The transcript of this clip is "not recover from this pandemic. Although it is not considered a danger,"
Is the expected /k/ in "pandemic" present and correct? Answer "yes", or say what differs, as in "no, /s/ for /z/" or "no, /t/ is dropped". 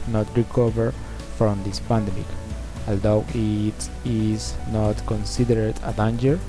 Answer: yes